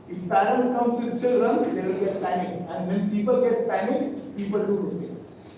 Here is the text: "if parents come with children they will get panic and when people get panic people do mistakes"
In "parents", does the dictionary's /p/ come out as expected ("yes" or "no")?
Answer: no